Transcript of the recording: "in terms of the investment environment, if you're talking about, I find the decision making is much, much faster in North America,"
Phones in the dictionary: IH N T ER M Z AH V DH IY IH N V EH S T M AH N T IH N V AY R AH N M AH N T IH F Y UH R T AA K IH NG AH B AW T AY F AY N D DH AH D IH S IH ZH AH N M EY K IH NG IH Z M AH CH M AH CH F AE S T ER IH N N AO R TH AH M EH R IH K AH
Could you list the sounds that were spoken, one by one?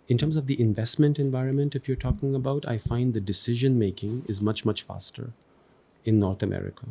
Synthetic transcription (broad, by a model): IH N T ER M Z AH V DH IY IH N V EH S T M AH N T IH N V AY R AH N M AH N T IH F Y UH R T AA K IH NG AH B AW T AY F AY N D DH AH D IH S IH ZH AH N M EY K IH NG IH Z M AH CH M AH CH F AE S T ER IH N N AO R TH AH M EH R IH K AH